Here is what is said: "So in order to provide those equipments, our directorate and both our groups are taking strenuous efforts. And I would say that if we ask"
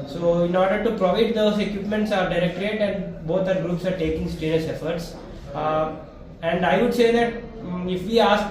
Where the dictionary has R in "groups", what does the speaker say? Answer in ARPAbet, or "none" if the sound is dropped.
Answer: R